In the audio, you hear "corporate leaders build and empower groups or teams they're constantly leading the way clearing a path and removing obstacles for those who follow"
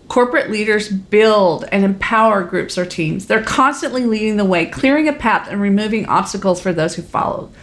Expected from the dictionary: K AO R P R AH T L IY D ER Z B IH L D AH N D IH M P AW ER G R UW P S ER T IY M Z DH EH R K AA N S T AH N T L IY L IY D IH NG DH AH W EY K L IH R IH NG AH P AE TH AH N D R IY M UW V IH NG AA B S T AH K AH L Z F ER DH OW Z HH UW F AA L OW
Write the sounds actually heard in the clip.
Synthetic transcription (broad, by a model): K AO R P R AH T L IY D ER Z B IH L D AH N IH M P AW ER G R UW P S ER T IY M Z DH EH R K AA N S T AH N T L IY L IY D IH NG DH AH W EY K L IH R IH NG AH P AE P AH N R IY M UW V IH NG AA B S T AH K L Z F ER DH OW Z HH UW F AA L OW